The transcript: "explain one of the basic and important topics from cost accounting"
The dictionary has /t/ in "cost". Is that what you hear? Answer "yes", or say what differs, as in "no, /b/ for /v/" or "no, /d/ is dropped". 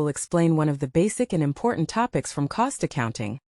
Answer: yes